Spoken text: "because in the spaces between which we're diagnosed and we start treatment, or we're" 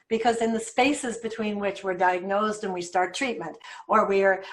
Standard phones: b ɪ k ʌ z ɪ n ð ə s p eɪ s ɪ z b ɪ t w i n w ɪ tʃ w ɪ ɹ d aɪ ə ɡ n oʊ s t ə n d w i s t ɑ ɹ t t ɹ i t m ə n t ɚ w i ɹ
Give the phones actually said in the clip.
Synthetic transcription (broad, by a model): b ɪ k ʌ z ɪ n ð ə s p eɪ s ɪ z b ɪ t w i n w ɪ tʃ w ɪ ɹ d aɪ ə ɡ n oʊ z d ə n w i s t ɑ ɹ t t ɹ i t m ə n t ɚ w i ɹ